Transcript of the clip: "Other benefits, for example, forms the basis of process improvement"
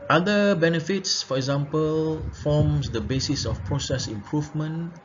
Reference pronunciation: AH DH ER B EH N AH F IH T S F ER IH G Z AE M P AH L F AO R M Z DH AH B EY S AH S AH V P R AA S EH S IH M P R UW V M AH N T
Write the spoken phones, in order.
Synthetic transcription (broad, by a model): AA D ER B EH N AH F IH T S F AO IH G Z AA M P AH L F AO M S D AH B EY S AH S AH F P R AA S EH S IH M P R UW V M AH N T